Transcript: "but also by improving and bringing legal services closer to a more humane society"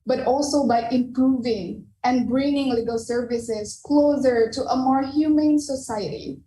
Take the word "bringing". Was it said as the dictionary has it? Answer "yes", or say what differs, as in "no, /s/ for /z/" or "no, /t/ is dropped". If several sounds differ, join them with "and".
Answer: yes